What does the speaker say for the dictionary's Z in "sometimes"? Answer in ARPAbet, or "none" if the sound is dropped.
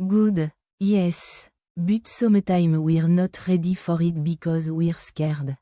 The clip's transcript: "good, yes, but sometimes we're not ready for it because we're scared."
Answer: none